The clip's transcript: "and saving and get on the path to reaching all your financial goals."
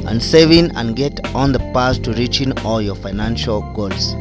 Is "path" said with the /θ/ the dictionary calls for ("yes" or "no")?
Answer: no